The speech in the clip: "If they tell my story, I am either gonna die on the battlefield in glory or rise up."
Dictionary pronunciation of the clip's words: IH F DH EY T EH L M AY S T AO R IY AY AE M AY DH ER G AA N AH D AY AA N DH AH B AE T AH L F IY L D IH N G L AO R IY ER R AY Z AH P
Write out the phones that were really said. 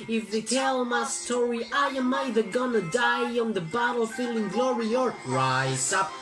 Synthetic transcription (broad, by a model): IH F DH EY T EH L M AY S T AO R IY AY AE M AY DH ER G AA N AH D AY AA N DH AH B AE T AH L F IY L IH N G L AO R IY ER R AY AH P